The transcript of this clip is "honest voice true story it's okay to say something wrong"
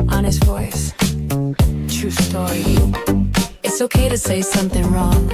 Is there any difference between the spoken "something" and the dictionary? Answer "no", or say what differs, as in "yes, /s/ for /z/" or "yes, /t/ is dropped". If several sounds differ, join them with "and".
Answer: no